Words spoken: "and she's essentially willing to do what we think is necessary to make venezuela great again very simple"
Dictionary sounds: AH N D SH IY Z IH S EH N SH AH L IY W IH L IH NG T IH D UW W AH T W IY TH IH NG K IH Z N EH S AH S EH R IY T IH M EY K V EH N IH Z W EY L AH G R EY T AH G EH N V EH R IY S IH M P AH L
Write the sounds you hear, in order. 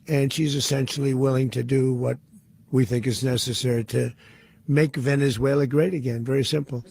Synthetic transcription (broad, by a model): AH N SH IY Z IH S EH N SH L IY W IH L IH NG T IH D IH W AH T W IY TH IH NG K IH Z N EH S AH S EH R IY T IH M EY K V EH N IH Z W EY L AH G R EY T AH G EH N V EH R IY S IH M P L